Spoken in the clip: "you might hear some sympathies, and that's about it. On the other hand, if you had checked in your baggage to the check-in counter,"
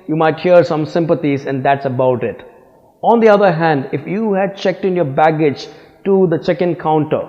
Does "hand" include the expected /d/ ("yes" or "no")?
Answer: yes